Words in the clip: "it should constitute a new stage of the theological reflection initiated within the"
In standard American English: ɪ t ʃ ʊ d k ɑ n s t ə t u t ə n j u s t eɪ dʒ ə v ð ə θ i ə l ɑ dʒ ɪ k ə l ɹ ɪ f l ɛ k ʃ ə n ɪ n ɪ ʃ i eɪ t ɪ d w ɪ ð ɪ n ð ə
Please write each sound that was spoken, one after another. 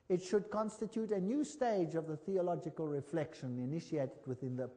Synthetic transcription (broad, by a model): ɪ t ʃ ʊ d k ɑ n s t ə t u t ə n j u s t eɪ dʒ ə v ð ə θ i ə l ɑ dʒ ɪ k ə l ɹ ɪ f l ɛ k ʃ ə n ɪ n ɪ ʃ i eɪ t ɪ d w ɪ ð ɪ n ð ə